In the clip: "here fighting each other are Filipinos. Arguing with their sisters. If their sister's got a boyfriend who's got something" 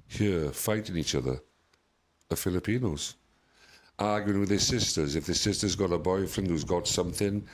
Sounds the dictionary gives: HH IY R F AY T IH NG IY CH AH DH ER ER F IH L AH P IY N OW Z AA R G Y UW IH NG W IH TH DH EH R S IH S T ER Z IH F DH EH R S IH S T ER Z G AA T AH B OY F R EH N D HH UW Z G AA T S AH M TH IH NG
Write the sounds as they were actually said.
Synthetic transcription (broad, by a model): HH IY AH F AY T IH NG IY CH AH DH ER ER F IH L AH P IY N OW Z AA R G Y UW IH NG W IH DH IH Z S IH S T ER Z IH F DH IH S IH S T ER Z G AA T AH B OY F R EH N D HH UW Z G AA T S AH M TH IH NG